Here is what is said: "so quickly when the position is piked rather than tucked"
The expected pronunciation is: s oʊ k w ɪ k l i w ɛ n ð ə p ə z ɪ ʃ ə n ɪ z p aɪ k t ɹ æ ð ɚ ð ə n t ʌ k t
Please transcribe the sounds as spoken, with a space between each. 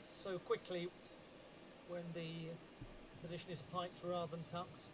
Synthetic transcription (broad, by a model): s oʊ k w ɪ k l i w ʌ n ð ə p ə z ɪ ʃ ə n ɪ z p aɪ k t ɹ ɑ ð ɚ ð ə n t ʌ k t